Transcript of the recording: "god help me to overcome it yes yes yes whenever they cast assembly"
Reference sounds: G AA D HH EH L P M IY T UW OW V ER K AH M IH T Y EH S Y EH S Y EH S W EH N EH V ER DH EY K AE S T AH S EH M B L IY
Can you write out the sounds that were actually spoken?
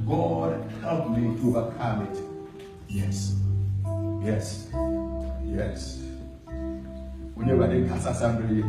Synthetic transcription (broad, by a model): G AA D HH EH L P M IY T UW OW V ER K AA M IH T Y EH S Y EH S Y EH S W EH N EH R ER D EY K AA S AH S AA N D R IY